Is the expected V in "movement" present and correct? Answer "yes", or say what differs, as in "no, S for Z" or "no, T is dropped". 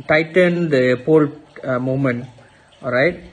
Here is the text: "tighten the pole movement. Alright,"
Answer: no, V is dropped